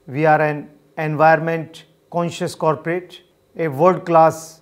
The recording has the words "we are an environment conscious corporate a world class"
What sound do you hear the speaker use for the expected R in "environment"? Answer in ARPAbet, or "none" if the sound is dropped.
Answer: none